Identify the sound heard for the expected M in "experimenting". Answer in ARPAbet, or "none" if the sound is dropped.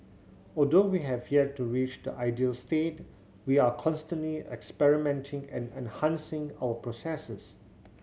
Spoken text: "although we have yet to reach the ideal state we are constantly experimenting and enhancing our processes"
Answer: M